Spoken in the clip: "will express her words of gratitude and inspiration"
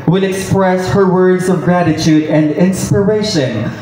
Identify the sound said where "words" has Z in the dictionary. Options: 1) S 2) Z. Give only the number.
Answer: 2